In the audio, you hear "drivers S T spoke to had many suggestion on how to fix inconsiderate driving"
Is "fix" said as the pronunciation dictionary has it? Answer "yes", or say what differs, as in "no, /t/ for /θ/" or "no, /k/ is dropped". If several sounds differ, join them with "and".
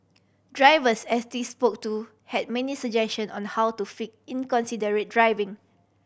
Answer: no, /s/ is dropped